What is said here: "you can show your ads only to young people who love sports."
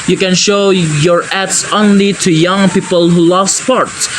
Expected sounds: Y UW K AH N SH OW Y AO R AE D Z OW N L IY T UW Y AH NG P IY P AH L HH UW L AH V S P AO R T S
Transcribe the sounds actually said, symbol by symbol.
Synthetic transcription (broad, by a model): Y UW K AH N SH OW Y AO R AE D S OW N L IY T UW Y AH NG P IY P AH L HH UW L AH V S P AO R T S